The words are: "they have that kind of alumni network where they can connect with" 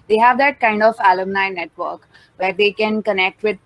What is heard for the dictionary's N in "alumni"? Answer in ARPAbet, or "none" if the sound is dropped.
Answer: N